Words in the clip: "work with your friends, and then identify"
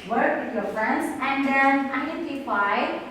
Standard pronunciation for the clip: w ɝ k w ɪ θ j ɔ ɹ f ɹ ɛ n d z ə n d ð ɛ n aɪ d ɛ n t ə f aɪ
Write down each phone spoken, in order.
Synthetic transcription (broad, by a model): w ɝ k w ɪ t j ɔ ɹ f ɹ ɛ n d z ə n d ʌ aɪ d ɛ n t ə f aɪ